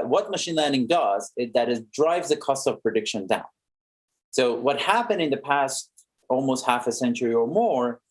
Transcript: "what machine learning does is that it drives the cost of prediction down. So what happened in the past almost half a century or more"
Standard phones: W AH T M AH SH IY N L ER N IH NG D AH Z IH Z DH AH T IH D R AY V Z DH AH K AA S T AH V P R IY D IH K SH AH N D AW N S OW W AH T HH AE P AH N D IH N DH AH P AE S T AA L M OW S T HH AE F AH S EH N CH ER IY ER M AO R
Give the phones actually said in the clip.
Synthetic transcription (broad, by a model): W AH T M AH SH IY N L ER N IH NG D AH Z IH Z DH AH T IH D R AY V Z DH AH K AA S T AH V P R IY D IH K SH AH N D AW N S OW W AH T HH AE P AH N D IH N DH AH P AE S T AA L M OW S T HH AE F AH S EH N CH ER IY ER M AO R